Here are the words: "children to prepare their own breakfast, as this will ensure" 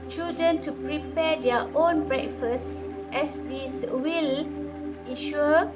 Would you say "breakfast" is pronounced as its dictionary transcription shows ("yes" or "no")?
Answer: yes